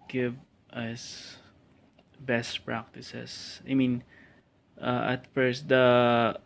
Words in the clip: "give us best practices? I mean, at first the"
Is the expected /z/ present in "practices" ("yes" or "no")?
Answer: no